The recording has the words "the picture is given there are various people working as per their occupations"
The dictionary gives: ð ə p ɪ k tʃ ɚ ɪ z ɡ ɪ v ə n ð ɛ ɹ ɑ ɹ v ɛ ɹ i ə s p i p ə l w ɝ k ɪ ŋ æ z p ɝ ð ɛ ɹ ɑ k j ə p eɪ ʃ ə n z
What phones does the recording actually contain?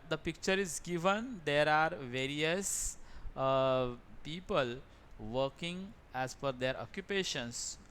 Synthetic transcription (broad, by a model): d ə p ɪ k tʃ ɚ ɪ z ɡ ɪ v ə n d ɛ ɹ ɑ ɹ v ɛ ɹ i ə s p i p ə l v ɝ k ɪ ŋ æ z f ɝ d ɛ ɹ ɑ k j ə p eɪ ʃ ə n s